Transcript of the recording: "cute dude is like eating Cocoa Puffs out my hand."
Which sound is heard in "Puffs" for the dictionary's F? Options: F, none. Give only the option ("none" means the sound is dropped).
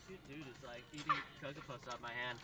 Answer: none